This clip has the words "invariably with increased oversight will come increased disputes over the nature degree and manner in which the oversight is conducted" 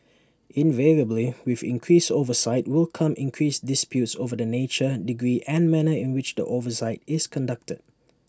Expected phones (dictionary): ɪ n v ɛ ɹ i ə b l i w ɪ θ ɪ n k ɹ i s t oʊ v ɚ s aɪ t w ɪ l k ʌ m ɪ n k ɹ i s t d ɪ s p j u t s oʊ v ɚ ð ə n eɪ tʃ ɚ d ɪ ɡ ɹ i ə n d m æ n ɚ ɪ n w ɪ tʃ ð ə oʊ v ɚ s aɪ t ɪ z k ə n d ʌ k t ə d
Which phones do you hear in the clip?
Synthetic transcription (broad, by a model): ɪ n v ɛ ɹ i ə b l i w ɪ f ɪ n k ɹ i s oʊ v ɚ s aɪ t w ɪ l k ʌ m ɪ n k ɹ i s d ɪ s p j u t s oʊ v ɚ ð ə n eɪ tʃ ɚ d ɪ ɡ ɹ i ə n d m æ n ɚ ɪ n w ɪ tʃ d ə oʊ v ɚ s aɪ t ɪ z k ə n d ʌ k t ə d